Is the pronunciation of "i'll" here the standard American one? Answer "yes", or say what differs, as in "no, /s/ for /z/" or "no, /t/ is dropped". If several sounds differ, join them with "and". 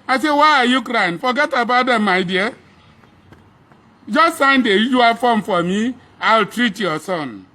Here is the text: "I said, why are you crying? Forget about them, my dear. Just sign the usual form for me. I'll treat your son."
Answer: yes